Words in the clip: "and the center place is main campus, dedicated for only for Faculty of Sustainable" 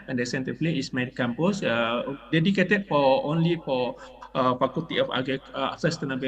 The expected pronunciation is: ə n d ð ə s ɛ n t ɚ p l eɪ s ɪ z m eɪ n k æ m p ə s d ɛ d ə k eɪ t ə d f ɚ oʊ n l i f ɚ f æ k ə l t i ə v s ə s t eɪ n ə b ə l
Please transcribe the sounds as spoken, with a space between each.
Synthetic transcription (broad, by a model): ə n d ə s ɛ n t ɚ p l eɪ ɪ s m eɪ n k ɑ m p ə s d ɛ d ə k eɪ t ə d f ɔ oʊ n l i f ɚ f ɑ k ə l t i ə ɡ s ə s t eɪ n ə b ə